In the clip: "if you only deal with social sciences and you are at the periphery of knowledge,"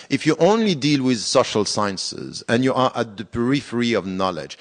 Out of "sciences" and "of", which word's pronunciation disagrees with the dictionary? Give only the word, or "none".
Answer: none